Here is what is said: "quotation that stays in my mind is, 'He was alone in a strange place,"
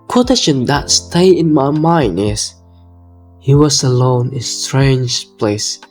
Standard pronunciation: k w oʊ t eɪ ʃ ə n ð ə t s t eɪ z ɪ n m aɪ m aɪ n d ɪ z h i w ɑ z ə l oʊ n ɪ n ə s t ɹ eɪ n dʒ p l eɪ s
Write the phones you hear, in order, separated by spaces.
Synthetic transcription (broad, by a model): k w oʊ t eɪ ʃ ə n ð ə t s t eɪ ɪ n m aɪ m aɪ n d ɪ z h i w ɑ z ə l oʊ ɪ n ə s t ɹ eɪ n dʒ p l eɪ s